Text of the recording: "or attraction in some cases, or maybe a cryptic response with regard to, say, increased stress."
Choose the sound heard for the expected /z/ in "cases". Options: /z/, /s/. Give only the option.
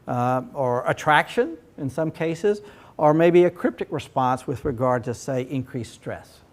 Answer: /z/